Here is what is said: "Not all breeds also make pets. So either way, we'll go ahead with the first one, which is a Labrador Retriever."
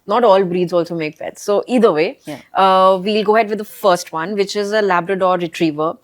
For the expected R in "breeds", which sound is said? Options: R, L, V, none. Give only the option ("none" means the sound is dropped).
R